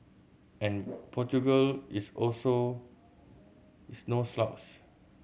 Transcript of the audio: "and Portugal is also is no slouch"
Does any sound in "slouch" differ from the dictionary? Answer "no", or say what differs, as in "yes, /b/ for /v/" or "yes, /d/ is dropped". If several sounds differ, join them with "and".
yes, /s/ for /tʃ/